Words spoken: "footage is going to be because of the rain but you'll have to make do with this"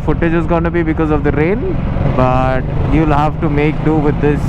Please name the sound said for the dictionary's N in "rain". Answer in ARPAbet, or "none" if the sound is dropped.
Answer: L